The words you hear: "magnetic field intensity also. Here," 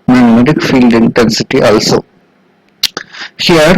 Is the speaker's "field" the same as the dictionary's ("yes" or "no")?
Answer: yes